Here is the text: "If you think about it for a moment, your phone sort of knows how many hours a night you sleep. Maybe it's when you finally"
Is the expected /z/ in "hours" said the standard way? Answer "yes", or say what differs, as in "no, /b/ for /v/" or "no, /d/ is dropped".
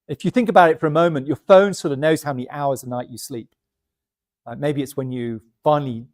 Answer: yes